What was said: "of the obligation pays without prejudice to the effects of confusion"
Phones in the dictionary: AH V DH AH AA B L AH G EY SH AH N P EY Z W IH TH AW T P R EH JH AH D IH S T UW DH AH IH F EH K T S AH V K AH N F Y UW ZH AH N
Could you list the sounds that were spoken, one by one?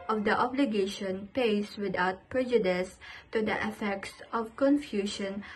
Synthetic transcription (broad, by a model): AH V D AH AA B L AH G EY SH AH N P EY S W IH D AW T P R EH JH AH D IH S T UW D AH IH F EH K T S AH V K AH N F Y UW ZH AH N